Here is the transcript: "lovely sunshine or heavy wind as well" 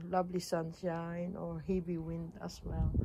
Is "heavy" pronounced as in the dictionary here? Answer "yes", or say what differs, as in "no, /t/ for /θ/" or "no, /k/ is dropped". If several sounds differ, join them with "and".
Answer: no, /b/ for /v/